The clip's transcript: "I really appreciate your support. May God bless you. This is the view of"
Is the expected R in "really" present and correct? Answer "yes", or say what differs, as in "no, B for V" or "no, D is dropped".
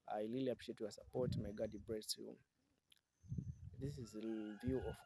no, L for R